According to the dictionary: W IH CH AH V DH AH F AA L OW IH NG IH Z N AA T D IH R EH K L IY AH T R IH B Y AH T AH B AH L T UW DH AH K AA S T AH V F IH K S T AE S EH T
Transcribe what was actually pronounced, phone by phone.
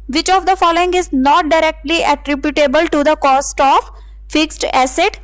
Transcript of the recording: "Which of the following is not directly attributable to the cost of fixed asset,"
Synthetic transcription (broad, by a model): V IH CH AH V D AH F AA L OW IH NG IH Z N AA T D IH R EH K L IY AH T R IH B Y AH T AH B AH L T UW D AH K AA S T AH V F IH K S T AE S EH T